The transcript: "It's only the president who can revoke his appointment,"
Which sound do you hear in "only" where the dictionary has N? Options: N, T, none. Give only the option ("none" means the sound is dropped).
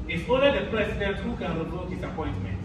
none